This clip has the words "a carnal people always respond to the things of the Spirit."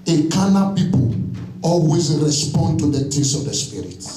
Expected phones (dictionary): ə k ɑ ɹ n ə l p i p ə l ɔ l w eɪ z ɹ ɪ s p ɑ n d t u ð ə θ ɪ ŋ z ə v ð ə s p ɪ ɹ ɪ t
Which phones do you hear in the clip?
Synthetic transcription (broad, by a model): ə k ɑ n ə p i p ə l ɔ l w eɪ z ɹ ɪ s p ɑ n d t u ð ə t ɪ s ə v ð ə s p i ɹ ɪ t